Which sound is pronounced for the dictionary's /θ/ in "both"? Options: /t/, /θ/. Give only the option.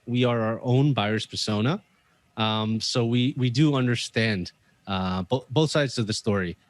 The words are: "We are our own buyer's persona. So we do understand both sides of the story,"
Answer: /θ/